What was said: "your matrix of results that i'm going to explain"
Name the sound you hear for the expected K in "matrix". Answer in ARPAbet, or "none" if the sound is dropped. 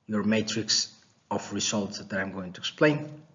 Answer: K